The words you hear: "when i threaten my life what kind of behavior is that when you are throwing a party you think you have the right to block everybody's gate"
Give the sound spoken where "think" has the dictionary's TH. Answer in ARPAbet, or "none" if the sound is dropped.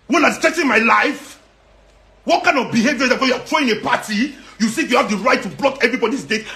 S